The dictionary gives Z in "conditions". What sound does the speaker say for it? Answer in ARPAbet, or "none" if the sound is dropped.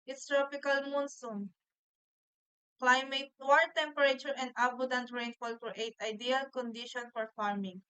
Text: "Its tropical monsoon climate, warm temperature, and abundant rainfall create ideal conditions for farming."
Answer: none